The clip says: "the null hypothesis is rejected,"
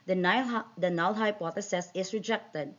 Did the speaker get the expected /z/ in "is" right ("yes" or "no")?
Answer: no